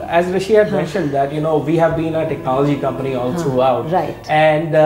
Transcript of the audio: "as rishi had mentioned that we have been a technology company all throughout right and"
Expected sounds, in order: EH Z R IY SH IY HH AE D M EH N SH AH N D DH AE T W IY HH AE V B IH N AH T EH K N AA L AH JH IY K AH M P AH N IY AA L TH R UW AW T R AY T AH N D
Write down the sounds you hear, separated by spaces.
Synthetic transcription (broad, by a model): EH Z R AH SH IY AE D M EH N SH AH N D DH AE T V IY HH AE V B IH N AH T EH K N AA L AH JH IY K AH M P AH N IY AA L T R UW AW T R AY AH N D